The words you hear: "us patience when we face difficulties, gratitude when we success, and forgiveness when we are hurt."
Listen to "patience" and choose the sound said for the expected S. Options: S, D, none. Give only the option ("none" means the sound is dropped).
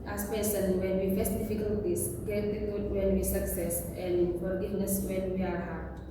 none